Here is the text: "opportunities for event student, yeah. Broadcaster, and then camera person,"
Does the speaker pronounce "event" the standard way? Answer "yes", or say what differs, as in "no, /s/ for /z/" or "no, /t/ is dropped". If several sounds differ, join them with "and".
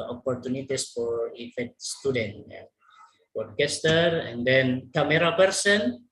no, /f/ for /v/ and /n/ is dropped